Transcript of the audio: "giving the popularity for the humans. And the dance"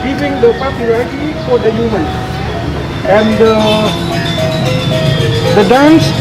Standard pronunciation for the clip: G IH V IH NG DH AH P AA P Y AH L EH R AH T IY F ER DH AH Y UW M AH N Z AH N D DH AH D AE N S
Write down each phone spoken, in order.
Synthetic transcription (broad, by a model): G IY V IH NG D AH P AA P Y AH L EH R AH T IY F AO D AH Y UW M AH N AH N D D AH D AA N S